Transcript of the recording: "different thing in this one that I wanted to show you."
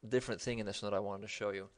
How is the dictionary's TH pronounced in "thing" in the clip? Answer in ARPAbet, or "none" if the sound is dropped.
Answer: TH